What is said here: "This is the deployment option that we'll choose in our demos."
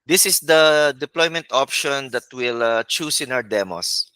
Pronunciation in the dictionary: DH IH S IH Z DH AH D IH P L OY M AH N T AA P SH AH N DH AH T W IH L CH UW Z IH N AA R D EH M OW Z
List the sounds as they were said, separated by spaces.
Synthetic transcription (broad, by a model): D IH S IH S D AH D IH P L OY M AH N T AA P SH AH N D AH T W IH L CH UW S IH N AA W D EH M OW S